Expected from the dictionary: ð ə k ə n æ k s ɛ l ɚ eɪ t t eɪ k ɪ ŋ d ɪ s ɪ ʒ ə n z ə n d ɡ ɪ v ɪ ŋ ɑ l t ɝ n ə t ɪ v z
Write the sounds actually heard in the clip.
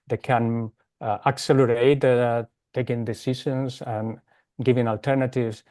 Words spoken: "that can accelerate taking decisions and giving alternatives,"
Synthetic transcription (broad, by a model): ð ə k ə n æ k s ɛ l ɚ eɪ t t eɪ k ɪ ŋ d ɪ s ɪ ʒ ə n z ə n ɡ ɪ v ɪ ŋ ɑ l t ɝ n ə t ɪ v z